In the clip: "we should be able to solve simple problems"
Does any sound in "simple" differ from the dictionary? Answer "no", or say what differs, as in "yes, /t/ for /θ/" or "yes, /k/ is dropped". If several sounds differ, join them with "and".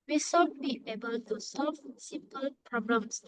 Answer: yes, /m/ is dropped